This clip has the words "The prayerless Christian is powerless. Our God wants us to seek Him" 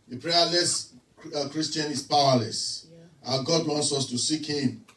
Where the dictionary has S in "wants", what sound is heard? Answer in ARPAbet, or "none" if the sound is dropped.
S